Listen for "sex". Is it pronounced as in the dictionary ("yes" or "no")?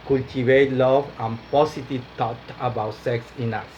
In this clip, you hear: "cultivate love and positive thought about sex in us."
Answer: yes